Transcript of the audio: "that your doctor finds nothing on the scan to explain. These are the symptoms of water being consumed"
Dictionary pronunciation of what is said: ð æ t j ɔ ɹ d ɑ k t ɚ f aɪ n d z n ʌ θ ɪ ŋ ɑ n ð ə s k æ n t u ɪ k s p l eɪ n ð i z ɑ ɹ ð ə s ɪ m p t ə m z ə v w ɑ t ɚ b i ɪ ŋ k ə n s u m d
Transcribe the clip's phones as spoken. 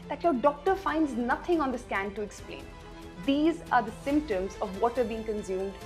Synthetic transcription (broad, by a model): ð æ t j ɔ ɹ d ɑ k t ɚ f aɪ n d z n ʌ t ɪ ŋ ɑ n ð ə s k æ n t u ɪ k s p l eɪ n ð i z ɑ ɹ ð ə s ɪ m p t ə m z ə v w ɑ t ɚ b i ɪ ŋ k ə n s u m d